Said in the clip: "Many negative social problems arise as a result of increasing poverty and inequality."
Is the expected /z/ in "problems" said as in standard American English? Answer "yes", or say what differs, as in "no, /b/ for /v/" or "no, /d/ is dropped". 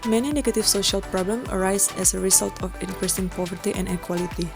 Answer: no, /z/ is dropped